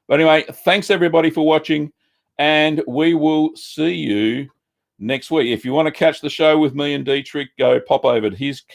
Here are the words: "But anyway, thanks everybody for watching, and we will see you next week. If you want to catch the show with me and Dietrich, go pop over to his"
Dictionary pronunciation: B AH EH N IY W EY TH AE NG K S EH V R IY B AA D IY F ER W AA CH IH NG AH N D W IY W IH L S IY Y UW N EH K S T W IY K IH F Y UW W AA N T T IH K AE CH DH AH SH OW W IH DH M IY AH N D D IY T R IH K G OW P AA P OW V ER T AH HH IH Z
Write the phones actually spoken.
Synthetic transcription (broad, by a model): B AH EH N IY W EY TH AE NG K S EH V R IY B AA D IY F ER W AA CH IH NG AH N W IY W IH L S IY Y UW N EH K S T W IY K IH F Y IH W AA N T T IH K AE CH DH AH SH OW W IH DH M IY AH N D D IY T R IH K G OW P AA P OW V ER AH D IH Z